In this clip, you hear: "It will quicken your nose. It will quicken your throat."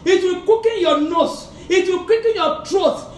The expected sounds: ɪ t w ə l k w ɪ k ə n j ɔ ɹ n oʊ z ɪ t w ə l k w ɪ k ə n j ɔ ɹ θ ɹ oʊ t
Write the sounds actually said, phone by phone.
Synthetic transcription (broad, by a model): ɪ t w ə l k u k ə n j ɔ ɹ n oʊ s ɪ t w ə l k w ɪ k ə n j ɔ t ɹ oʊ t